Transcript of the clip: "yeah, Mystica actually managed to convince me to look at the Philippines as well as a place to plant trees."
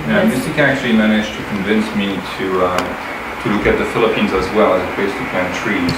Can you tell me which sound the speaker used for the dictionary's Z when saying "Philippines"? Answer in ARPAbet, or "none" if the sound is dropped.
Z